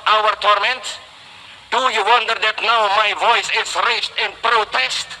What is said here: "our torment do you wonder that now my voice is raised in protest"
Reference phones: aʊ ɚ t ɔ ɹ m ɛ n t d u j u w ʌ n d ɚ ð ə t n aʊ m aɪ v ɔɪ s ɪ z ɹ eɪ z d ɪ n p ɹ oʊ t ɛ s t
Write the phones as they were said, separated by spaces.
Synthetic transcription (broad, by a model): aʊ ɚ t ɔ ɹ m ɛ n t d u j u w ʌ n d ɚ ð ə t n aʊ m aɪ v ɔɪ s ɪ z ɹ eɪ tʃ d ɪ n p ɹ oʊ t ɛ s t